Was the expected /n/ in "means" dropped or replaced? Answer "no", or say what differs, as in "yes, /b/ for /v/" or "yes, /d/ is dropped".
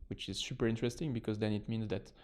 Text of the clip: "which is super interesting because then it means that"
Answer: no